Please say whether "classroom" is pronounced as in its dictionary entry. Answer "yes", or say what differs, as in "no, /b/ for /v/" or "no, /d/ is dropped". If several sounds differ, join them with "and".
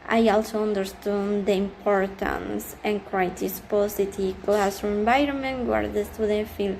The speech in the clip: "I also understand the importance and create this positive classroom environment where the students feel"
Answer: no, /ɹ/ is dropped